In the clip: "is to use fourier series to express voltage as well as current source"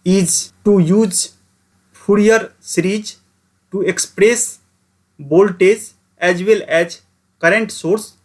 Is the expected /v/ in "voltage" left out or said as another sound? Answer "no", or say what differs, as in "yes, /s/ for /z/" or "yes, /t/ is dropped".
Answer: yes, /b/ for /v/